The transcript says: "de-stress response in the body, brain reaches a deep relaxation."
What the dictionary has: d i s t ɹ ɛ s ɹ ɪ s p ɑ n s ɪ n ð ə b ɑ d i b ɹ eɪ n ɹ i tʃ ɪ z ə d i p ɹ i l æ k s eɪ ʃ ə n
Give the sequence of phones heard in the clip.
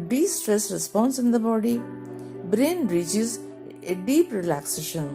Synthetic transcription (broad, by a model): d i s t ɹ ɛ s ɹ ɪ s p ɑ n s ɪ n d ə b ɑ d i b ɹ eɪ n ɹ i tʃ ɪ z ə d i p ɹ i l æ k s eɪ ʃ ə n